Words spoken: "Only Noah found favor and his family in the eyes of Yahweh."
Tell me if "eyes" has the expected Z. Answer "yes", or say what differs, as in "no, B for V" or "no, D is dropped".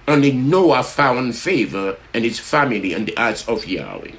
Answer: no, S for Z